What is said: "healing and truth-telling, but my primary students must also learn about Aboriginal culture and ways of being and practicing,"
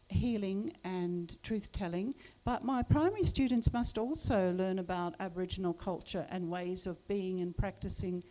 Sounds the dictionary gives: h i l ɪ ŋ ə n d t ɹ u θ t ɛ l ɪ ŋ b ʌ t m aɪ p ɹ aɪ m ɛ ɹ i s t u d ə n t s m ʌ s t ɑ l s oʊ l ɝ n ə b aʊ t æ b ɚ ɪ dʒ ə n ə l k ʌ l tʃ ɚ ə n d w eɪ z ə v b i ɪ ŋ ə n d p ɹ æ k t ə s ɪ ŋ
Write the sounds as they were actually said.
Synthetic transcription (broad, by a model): h i l ɪ ŋ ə n t ɹ u θ t ɛ l ɪ ŋ b ʌ t m aɪ p ɹ aɪ m ɛ ɹ i s t u d n t s m ʌ s t ɑ l s oʊ l ɝ n ə b aʊ t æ b ɚ ɪ dʒ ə n l k ʌ l tʃ ɚ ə n w eɪ z ə v b i ɪ ŋ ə n p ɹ æ k t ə s ɪ ŋ